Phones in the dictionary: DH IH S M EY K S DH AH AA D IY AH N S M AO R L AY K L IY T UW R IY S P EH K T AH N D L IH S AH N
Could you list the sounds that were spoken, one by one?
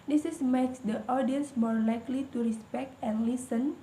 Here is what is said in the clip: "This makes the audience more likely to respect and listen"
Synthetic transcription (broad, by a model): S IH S M EY K S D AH AA D IY AH N S M AO R L AY K L IY T UW R IY S P EH K T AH N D L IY S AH N